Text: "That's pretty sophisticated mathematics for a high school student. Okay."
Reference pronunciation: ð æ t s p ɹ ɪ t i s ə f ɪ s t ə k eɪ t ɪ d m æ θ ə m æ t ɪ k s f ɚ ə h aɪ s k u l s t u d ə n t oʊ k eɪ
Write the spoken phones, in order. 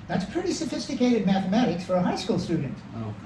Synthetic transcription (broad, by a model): ð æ t s p ɹ ɪ t i s ə f ɪ s t ə k eɪ t ɪ d m æ θ ə m æ t ɪ k s f ɚ ə h aɪ s k u l s t u d n t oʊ